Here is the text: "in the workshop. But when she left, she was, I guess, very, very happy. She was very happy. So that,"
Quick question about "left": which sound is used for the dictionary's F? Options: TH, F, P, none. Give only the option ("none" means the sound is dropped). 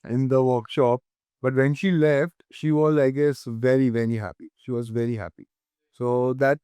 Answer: F